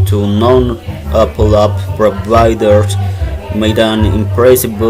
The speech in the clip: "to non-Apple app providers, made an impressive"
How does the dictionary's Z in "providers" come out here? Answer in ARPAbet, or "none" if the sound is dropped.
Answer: none